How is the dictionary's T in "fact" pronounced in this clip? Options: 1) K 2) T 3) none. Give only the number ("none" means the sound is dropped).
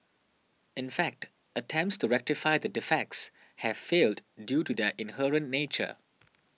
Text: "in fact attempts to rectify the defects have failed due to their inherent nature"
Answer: 2